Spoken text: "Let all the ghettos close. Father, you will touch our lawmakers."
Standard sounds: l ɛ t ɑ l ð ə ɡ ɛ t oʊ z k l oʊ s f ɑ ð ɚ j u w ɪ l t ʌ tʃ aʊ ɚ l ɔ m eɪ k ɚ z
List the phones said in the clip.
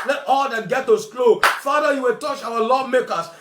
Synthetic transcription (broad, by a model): l ɛ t ɑ l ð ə ɡ ɛ t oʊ s k l oʊ f ɑ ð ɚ j u w ɪ l t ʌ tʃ aʊ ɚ l ɔ m eɪ k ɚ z